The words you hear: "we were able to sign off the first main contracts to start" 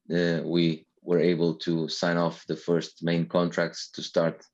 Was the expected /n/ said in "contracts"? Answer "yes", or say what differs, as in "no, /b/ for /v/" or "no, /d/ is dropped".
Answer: yes